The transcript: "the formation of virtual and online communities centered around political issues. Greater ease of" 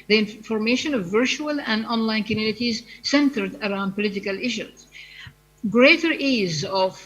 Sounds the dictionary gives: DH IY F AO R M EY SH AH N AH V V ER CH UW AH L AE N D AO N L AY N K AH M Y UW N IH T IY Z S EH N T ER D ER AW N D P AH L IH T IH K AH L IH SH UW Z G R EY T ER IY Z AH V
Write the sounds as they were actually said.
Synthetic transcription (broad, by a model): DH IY F AO R M EY SH AH N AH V V ER CH UW AH L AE N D AO N L AY N K AH M Y UW N IH T IY Z S EH N T ER D ER AW N D P AH L IH T IH K AH L IH SH UW Z G R EY T ER IY Z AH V